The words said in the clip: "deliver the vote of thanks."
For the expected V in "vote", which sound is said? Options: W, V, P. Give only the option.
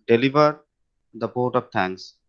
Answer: P